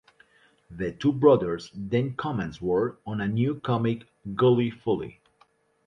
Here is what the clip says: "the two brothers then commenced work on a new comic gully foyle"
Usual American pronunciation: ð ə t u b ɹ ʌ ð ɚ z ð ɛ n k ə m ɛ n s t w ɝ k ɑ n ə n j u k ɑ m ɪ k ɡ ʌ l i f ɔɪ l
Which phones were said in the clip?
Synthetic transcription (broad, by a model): ð ə t u b ɹ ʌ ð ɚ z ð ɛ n k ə m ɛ n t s w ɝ ɑ n ə n j u k ɑ m ɪ k ɡ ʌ l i f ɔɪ l